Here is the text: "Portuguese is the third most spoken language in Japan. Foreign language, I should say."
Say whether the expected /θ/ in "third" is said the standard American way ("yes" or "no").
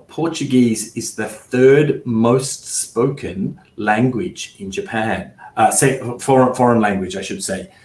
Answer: yes